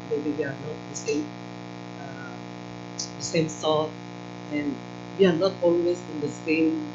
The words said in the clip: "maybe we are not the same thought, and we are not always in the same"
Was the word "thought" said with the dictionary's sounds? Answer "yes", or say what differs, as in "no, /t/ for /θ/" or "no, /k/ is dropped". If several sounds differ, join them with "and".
no, /s/ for /θ/